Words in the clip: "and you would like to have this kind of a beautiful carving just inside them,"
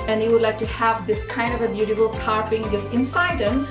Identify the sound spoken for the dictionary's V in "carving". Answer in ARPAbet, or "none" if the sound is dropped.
P